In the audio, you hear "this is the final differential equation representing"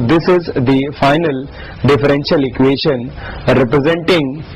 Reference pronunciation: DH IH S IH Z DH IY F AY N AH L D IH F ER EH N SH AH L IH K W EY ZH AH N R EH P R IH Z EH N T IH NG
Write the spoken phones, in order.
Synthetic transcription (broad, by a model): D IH S IH Z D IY F AY N AH L D IH F ER EH N SH AH L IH K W EY SH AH N R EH P R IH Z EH N T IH NG